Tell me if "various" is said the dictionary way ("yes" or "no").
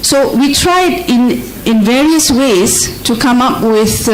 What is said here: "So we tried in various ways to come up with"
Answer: yes